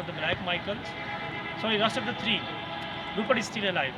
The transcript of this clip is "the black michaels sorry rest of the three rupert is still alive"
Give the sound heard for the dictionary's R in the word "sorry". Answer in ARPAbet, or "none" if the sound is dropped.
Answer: none